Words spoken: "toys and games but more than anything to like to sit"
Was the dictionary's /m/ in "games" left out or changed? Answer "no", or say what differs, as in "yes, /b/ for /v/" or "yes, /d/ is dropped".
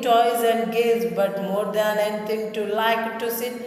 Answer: yes, /m/ is dropped